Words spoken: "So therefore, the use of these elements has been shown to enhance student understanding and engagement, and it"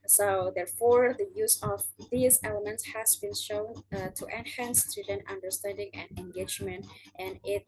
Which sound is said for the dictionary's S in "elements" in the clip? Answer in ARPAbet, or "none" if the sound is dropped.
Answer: S